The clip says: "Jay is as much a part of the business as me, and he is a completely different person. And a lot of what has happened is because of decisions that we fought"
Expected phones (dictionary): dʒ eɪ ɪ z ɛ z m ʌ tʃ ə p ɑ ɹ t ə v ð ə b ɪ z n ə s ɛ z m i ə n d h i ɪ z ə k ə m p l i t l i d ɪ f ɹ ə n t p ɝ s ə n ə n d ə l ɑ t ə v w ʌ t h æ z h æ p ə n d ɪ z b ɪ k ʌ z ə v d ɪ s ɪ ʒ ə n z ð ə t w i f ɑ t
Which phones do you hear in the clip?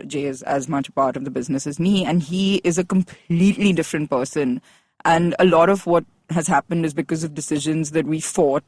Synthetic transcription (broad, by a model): dʒ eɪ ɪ z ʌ z m ʌ tʃ ə p ɑ ɹ t ə v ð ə b ɪ z n ə s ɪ z m i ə n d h i ɪ z ə k ə m p l i t l i d ɪ f ɹ ə n t p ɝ s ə n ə n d ə l ɑ t ə v w ʌ t h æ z h æ p ə n d ɪ z b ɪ k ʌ z ə v d ɪ s ɪ ʒ ə n z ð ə t w i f ɑ t